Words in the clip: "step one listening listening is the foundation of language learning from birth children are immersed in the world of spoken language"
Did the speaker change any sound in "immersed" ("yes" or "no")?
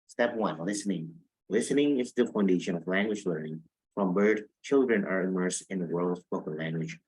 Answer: yes